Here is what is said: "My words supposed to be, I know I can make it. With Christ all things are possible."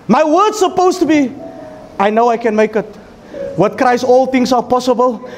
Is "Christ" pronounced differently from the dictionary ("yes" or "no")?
yes